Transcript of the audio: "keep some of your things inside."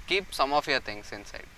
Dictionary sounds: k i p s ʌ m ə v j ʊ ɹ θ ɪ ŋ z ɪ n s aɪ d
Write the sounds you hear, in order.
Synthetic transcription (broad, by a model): k i p s ʌ m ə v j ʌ ɹ t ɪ ŋ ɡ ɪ n s aɪ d